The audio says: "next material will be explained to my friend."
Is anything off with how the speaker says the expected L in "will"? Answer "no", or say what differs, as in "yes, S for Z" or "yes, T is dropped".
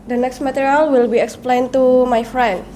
no